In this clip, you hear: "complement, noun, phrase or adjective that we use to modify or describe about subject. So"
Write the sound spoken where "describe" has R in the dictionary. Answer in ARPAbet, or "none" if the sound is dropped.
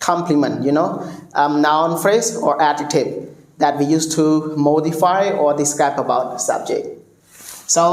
none